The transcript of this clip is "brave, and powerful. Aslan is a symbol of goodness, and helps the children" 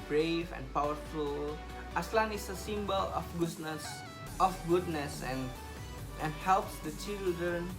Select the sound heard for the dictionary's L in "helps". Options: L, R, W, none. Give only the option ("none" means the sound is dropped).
L